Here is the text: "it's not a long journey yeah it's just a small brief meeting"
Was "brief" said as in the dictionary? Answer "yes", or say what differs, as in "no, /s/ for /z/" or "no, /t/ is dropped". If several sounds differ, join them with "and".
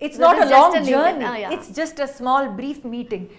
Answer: yes